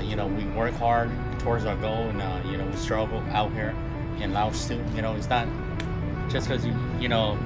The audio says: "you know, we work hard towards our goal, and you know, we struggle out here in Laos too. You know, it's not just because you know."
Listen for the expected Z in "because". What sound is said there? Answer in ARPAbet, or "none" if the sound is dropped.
none